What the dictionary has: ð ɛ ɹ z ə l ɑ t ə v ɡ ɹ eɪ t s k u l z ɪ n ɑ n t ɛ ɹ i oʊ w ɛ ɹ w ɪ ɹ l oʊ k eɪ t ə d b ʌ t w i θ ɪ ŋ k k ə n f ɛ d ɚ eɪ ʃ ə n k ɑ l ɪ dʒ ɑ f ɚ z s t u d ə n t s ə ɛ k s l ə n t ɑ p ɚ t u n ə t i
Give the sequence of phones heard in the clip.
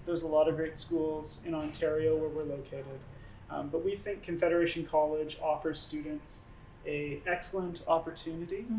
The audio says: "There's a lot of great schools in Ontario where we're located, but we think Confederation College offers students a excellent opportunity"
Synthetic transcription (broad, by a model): ð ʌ ɹ z ə l ɑ t ə v ɡ ɹ eɪ t s k u l z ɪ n ɑ n t ɛ ɹ i oʊ w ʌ ɹ w ɪ ɹ l oʊ k eɪ t ə d b ʌ t w i θ ɪ ŋ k k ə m f ɛ d ɚ eɪ ʃ n k ɑ l ɪ dʒ ɑ f ɚ z s t u d n t s ə ɛ k s l ə n t ɑ p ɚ t u n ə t i